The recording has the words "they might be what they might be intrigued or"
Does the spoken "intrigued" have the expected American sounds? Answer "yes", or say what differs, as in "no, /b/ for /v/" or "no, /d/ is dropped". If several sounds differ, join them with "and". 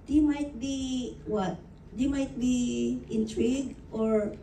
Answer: no, /d/ is dropped